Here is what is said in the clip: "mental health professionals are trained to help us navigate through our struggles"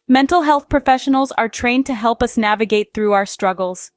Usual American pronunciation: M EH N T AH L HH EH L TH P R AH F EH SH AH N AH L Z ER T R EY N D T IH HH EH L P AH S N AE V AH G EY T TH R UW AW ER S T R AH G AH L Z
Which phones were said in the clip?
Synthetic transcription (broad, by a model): M EH N T L HH EH L TH P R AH F EH SH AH N L Z ER T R EY N T IH HH EH L P AH S N AE V AH G EY T TH R UW AW ER S T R AH G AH L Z